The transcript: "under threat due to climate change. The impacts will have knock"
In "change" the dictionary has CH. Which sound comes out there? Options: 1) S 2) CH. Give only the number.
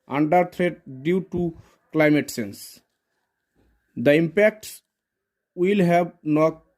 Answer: 1